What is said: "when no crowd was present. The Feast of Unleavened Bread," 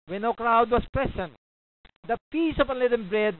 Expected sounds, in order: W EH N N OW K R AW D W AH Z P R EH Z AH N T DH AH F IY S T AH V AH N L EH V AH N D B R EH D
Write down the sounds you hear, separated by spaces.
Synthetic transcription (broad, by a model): W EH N N OW K R AW D W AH S P R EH S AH N T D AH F IY S AH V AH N L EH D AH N B R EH D